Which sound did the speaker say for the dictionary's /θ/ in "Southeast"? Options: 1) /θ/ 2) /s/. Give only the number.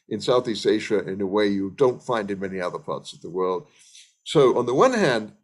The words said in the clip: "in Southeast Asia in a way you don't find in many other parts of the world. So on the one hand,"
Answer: 1